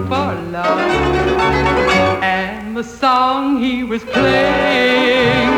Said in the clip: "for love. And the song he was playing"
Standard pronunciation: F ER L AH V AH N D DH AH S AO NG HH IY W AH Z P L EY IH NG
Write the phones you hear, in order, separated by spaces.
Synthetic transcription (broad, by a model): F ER L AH AH N DH AH S AO NG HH IY W AH Z P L EY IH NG